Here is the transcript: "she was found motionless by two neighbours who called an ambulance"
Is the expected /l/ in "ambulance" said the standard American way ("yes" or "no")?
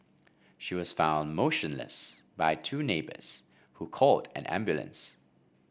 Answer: yes